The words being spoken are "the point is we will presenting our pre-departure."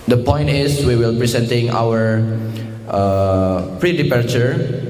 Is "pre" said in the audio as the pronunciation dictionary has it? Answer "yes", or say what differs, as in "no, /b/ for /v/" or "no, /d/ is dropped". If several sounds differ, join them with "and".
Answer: yes